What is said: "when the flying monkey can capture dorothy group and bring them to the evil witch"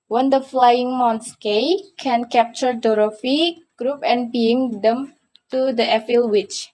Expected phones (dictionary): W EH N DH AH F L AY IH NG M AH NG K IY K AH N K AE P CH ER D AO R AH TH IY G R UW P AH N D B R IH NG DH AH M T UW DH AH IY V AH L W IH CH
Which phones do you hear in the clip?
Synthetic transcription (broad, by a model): W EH N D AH F L AY IH NG M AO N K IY K AH N K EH P CH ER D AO R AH F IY G R UW P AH N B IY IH NG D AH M T UW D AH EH F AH L W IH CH